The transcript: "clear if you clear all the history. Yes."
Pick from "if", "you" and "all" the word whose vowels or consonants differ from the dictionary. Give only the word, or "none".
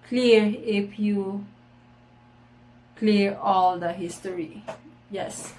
if